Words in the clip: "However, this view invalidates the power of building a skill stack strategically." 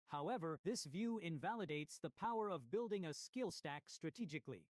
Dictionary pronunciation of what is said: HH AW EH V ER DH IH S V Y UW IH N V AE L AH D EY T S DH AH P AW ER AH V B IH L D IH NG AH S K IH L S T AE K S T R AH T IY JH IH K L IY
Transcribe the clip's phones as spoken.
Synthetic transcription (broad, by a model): HH AW EH V ER DH IH S V Y UW IH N V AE L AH D EY T S DH AH P AW ER AH V B IH L D IH NG AH S K IH L S T AE K S T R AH T IY JH IH K L IY